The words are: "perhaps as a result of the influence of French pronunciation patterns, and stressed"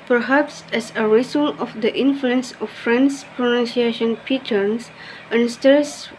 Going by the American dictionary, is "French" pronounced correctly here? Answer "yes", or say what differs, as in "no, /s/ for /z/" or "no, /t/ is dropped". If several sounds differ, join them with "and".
no, /s/ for /tʃ/